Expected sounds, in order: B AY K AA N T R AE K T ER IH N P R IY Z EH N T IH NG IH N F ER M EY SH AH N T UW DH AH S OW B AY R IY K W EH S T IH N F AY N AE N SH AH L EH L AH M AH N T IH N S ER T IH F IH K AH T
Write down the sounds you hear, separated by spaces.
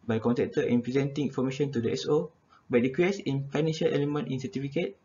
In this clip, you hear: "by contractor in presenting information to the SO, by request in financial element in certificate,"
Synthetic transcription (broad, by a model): B AY K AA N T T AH T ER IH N P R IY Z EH N T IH NG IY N F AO M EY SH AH N T UW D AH S OW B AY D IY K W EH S IH N F AY N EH N SH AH L EH L AH M AH N T IH N S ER T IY F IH K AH T